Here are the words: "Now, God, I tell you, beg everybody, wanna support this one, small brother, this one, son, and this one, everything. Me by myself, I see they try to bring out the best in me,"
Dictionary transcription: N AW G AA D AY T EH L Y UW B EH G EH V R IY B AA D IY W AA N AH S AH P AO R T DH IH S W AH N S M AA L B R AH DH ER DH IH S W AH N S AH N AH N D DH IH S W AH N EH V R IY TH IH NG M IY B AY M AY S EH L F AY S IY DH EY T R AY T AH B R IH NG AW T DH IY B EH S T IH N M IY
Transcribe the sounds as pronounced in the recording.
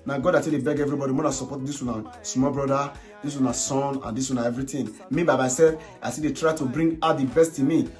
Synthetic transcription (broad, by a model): N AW G AA D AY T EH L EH B EH G EH V R IY B AA D IY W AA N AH S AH P AO T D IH S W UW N S M AA L B R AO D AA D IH S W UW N S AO N AH N D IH S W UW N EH V R IY T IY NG M IY B AY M AY S EH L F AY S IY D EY T R AY T AH B R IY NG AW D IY B EH S T IH N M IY